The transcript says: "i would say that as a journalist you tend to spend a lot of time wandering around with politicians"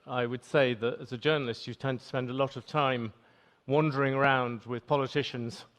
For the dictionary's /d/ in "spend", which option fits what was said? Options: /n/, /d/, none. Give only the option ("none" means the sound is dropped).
/d/